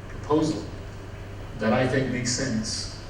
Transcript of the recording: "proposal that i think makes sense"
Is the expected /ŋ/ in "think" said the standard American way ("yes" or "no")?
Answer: no